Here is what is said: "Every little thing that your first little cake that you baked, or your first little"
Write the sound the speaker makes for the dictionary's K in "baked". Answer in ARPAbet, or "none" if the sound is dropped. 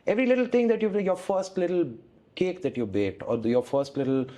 none